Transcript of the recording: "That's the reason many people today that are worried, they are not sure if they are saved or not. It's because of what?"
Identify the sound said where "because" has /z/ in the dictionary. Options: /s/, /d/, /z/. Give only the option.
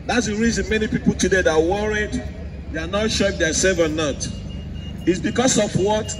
/s/